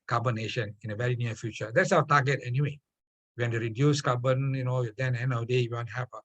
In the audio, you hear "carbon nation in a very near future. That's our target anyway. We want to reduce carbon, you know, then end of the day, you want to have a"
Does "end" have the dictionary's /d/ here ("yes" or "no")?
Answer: no